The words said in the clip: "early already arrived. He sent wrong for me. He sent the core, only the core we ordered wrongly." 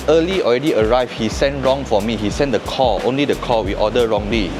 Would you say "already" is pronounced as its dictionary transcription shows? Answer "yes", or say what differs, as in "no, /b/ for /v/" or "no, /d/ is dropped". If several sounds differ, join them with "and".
yes